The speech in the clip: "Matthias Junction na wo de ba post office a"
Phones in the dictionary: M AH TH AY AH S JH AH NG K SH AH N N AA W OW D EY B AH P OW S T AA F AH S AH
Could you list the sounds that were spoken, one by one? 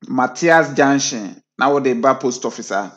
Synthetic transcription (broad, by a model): M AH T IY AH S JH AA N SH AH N N AA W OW D EY B AH P OW S T AA F AH S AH